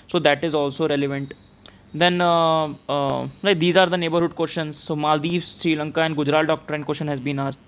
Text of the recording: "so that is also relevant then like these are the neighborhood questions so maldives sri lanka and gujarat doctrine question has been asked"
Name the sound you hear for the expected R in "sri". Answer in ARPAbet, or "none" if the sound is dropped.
R